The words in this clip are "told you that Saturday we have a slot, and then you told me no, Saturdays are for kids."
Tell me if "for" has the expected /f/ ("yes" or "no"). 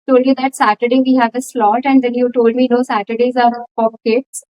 no